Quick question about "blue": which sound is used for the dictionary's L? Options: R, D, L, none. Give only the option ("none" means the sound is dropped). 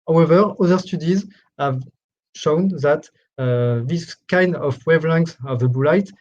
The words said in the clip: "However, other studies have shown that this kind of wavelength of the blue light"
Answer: none